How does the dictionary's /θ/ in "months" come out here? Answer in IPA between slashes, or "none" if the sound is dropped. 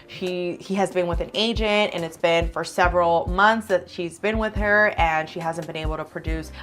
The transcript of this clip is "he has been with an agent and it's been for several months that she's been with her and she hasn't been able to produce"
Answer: /θ/